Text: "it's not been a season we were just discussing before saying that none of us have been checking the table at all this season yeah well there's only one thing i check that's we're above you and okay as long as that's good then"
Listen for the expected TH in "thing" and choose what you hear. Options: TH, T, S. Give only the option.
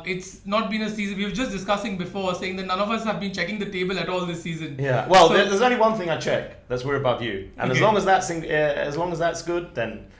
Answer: TH